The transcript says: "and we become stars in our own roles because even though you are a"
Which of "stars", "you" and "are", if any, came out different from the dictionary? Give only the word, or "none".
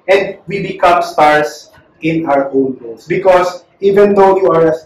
stars